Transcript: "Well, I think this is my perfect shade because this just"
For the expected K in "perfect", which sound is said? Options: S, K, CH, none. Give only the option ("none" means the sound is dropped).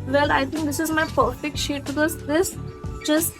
K